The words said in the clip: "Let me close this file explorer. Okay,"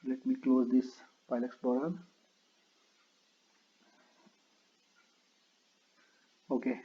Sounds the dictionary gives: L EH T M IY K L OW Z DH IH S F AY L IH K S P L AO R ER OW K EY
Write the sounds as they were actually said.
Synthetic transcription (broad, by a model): L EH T M IY K L OW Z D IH S P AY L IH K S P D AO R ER OW K EY